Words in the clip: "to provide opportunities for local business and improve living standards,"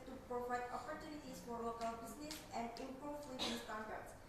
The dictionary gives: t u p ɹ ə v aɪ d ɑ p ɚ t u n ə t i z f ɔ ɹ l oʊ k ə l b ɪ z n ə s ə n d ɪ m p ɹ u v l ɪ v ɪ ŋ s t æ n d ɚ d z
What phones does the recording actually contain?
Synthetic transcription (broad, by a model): t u p ɹ ə v aɪ d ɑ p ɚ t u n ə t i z f ɔ ɹ l oʊ k ə l b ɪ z n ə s ə n d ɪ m p ɹ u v w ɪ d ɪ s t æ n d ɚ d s